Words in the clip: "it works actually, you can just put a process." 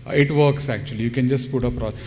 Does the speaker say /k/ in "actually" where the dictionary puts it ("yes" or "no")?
yes